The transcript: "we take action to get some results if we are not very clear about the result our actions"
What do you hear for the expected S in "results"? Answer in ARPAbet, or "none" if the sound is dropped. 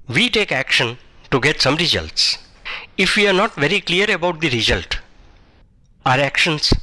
S